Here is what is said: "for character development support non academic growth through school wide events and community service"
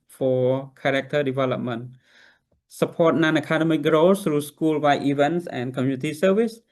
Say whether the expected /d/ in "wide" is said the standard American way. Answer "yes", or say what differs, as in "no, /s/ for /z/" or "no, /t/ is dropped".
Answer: no, /d/ is dropped